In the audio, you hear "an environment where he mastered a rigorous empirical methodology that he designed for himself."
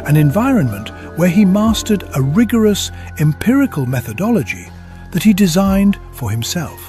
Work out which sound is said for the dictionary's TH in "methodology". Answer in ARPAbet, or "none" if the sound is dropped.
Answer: TH